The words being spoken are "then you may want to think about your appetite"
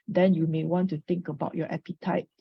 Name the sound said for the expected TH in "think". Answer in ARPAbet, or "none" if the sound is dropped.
T